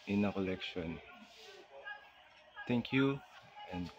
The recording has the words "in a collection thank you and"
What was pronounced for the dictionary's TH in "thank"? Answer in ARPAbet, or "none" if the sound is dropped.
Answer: T